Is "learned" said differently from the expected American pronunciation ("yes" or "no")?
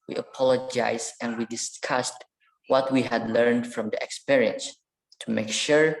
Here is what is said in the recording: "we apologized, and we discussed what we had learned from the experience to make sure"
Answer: no